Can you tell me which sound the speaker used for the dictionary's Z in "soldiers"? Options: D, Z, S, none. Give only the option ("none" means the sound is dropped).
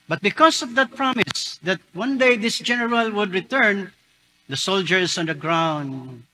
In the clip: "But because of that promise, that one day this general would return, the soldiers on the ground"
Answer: S